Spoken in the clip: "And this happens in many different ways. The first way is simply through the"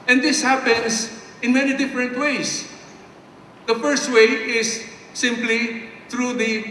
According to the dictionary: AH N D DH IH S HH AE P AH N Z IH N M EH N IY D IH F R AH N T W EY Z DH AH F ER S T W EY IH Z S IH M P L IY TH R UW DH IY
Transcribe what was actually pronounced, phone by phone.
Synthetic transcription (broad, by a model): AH N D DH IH S HH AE P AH N S IH N M EH N IY D IH F R AH N T W EY S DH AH F ER S T W EY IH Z S IH M P L IY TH R UW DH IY